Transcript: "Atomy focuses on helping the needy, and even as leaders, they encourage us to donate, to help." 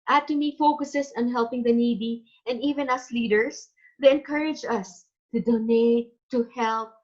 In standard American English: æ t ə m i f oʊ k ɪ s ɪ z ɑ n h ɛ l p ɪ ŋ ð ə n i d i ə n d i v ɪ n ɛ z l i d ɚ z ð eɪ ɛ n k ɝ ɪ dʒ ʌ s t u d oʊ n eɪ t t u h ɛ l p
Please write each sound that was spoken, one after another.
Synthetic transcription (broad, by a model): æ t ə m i f oʊ k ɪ s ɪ s ɑ n h ɛ l p ɪ ŋ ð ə n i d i ə n d i v ɪ n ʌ s l i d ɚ s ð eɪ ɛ n k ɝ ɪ dʒ ʌ s t u d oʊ n eɪ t t u h ɛ l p